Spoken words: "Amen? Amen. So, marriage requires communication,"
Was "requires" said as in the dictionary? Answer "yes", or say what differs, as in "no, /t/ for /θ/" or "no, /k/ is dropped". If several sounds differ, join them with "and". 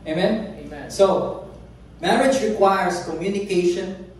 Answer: no, /s/ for /z/